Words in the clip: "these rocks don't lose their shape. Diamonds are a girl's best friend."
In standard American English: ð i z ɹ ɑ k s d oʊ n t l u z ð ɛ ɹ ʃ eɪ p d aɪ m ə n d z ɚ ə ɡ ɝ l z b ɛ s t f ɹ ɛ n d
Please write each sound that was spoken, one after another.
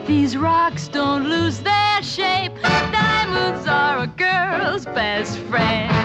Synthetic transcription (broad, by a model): ð i z ɹ ɑ k s d oʊ n t l u z ð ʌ ɹ ʃ eɪ p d aɪ m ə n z ɚ ə ɡ ɝ l z b ɛ s t f ɹ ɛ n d